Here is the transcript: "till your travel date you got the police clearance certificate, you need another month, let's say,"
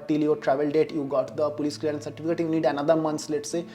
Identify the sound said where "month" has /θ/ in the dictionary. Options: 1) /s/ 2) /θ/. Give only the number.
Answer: 1